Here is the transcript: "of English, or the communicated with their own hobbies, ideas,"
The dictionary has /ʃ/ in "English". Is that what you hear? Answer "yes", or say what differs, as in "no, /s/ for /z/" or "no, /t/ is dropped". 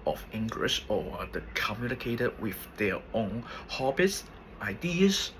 no, /s/ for /ʃ/